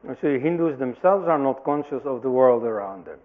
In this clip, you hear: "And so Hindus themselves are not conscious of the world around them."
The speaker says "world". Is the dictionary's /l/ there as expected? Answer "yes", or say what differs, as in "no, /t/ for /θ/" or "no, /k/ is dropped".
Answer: yes